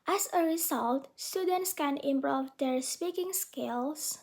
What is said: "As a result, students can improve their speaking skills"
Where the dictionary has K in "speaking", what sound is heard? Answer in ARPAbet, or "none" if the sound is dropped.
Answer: K